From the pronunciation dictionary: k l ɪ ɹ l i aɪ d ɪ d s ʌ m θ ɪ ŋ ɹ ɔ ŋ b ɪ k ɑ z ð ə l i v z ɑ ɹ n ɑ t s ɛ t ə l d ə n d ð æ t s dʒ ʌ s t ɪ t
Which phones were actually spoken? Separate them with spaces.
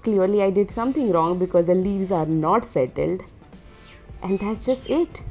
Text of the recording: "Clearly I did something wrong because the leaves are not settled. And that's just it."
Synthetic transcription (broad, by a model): k l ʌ ɹ l i aɪ d ɪ d s ʌ m t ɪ ŋ ɹ ɔ ŋ b ɪ k ɑ z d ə l i v z ɑ ɹ n ɑ t s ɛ t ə l d ə n d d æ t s dʒ ʌ s t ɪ t